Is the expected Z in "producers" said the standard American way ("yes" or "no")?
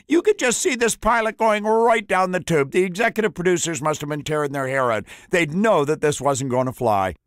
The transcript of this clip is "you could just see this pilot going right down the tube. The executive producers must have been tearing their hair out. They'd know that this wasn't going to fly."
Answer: yes